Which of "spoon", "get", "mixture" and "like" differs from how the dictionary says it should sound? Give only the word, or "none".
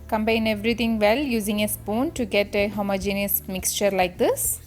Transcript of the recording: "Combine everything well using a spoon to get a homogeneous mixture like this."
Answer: none